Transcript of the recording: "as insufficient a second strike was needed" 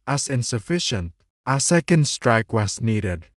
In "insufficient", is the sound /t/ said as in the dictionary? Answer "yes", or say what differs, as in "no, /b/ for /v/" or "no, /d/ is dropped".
yes